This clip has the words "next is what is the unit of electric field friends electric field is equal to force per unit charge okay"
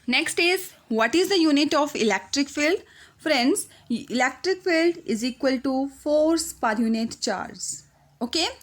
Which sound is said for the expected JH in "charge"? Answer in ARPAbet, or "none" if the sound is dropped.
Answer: Z